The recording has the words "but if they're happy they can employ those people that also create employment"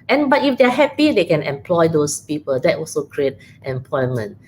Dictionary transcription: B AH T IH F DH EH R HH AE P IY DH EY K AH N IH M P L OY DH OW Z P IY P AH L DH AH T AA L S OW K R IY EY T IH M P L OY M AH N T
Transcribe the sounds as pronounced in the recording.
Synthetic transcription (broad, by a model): B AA T IH F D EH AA HH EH P IY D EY K AH N IH M P L OY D OW S P IY P AH L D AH T AA L S OW K R IY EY T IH M P L OY M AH N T